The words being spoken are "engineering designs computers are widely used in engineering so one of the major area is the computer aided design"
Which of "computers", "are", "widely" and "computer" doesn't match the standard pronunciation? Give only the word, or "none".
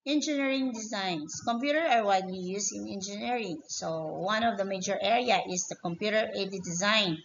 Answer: computers